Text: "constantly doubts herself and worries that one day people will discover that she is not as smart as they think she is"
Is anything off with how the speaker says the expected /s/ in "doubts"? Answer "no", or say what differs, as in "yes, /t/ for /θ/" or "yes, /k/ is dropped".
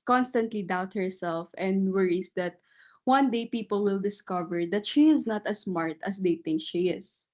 yes, /s/ is dropped